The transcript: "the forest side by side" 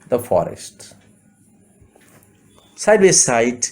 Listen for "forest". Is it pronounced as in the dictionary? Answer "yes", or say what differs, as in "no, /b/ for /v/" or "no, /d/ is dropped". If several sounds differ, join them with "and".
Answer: yes